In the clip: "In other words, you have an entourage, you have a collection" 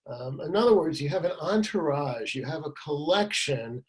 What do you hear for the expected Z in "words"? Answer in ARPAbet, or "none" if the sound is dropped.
Z